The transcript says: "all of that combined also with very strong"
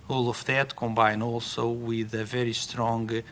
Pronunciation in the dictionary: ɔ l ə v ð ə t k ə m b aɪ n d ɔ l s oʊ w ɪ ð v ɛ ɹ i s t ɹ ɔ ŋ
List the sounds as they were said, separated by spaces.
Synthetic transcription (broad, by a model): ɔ l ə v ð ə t k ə m b aɪ n ɔ l s oʊ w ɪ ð v ɛ ɹ i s t ɹ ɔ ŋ